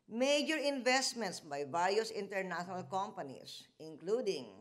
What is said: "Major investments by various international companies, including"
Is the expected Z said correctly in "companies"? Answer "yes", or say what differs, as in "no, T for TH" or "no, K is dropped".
no, S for Z